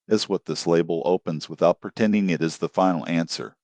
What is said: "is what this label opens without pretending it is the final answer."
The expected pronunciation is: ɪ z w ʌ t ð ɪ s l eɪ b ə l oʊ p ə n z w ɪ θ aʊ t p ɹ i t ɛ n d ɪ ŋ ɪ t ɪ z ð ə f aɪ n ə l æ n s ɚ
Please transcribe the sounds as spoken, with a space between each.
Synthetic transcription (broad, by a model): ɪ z w ʌ t ð ɪ s l eɪ b l oʊ p ə n z w ɪ θ aʊ t p ɹ i t ɛ n d ɪ ŋ ɪ t ɪ z ð ə f aɪ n l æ n s ɚ